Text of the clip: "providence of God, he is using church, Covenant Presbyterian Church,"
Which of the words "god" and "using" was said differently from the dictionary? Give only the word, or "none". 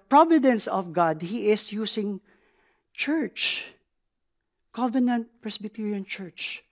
using